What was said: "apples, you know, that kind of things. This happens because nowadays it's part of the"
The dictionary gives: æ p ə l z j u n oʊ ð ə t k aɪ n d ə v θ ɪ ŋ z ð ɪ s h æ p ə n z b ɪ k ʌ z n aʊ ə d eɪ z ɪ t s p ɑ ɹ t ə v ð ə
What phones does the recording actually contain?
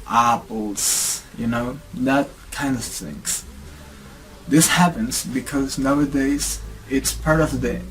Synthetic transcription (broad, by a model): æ p l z j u n oʊ ð ə t k aɪ n d ə v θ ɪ ŋ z ð ɪ s h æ p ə n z b ɪ k ʌ z n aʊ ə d eɪ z ɪ t s p ɑ ɹ t ə v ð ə